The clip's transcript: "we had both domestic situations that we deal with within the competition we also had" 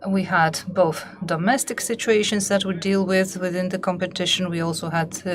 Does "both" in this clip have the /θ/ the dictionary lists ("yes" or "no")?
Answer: yes